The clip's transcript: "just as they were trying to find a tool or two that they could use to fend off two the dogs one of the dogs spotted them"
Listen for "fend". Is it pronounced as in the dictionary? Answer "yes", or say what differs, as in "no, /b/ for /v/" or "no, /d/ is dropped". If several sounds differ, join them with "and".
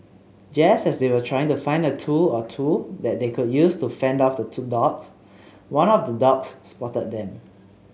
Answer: yes